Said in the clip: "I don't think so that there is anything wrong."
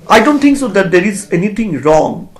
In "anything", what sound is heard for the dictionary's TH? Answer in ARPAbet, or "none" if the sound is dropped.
T